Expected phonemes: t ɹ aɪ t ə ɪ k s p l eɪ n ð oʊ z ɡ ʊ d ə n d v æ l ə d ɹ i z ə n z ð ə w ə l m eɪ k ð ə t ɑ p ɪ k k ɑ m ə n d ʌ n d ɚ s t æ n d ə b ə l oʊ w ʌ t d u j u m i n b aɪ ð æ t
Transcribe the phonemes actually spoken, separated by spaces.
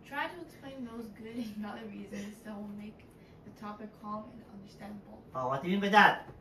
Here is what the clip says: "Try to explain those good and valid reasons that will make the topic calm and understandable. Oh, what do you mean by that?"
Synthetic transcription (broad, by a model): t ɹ aɪ t ə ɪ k s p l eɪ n ð oʊ z ɡ ʊ d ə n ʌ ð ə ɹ ɹ i z ə n z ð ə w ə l m eɪ k ð ə t ɑ p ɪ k k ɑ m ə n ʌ n d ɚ s t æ n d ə b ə l oʊ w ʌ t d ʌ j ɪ m i n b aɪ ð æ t